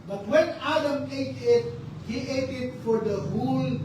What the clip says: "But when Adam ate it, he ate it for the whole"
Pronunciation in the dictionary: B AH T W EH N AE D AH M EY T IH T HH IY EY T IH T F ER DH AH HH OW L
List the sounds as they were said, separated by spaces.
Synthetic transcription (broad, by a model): B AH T W EH N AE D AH M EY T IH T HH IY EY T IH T F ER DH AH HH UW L